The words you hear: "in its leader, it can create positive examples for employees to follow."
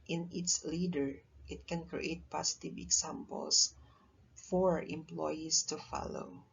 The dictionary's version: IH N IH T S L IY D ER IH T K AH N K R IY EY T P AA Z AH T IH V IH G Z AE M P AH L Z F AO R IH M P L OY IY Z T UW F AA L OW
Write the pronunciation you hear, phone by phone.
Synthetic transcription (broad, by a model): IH N IH T S L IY D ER IH T K AH N K R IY EY T P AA S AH T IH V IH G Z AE M P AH L S F AO R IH M P L OY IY S T UW F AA L OW